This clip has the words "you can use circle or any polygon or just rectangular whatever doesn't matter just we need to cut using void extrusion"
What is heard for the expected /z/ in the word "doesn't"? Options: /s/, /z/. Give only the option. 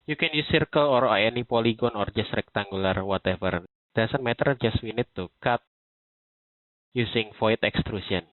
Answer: /s/